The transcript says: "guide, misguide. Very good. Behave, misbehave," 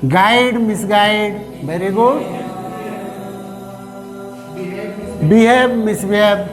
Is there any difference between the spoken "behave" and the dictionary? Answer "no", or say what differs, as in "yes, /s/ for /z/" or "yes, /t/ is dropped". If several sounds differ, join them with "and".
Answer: yes, /b/ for /v/